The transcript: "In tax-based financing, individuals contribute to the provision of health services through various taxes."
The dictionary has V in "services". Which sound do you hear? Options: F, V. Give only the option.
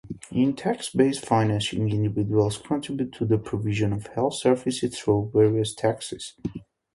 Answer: F